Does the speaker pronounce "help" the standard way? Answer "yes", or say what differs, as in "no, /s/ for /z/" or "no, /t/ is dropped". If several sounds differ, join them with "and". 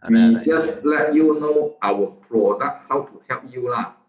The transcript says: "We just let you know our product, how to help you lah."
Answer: no, /l/ is dropped